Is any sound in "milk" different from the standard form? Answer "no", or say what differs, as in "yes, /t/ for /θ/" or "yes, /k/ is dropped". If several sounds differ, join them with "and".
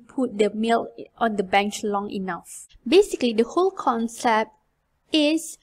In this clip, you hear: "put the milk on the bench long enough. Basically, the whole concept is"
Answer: yes, /k/ is dropped